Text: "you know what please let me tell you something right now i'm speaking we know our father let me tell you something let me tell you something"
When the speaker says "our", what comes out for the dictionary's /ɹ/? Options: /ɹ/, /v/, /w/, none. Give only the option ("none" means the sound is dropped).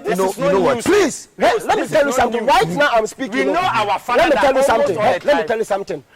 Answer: /w/